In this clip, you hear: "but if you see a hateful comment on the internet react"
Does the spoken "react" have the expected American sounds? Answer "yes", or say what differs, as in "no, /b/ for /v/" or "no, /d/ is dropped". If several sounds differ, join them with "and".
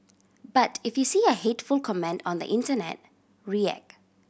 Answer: no, /t/ is dropped